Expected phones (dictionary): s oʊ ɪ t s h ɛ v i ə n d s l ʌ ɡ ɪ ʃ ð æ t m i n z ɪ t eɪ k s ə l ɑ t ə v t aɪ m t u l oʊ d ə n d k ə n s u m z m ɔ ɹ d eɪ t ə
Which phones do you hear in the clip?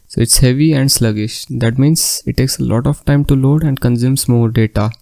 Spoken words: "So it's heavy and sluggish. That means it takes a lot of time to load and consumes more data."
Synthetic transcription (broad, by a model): s oʊ ɪ t s h ɛ v i ə n d s l ʌ ɡ ɪ ʃ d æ t m i n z ɪ t eɪ k s ə l ɑ t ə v t aɪ m t u l oʊ d ə n d k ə n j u m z m ɔ ɹ d eɪ t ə